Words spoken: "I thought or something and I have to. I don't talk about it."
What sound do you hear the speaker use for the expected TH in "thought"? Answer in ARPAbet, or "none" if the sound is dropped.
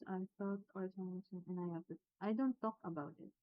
F